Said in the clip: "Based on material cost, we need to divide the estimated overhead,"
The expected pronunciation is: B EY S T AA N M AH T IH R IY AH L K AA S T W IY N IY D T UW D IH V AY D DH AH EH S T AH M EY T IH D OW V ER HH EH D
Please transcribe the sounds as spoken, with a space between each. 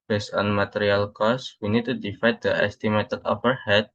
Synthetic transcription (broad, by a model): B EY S AA N M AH T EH R IY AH L K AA S W IY N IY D T UW D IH F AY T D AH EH S T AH M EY T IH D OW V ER HH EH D